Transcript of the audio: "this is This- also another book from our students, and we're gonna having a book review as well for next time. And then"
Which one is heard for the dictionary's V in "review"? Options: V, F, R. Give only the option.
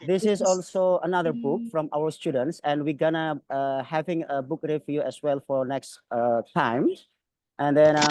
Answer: F